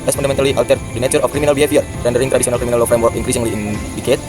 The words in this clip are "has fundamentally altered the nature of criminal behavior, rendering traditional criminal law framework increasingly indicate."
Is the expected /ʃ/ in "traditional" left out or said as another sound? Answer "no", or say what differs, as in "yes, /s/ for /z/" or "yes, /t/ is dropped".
yes, /s/ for /ʃ/